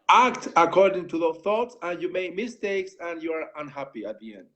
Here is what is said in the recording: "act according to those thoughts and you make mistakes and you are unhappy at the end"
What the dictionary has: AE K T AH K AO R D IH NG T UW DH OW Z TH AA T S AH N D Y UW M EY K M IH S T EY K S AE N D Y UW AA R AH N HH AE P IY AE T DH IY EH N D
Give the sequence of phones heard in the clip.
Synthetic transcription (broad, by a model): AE K T AH K AO R D IH NG T UW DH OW TH AA T S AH N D Y UW M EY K M IH S T EY K S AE N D Y UW AA R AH N HH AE P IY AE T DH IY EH N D